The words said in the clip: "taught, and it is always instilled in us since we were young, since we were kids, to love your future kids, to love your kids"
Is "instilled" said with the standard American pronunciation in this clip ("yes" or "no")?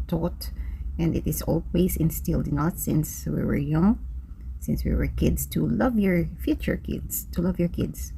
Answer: yes